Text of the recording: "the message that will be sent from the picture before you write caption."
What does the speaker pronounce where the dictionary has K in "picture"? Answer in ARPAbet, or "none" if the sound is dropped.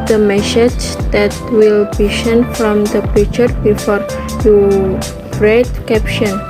none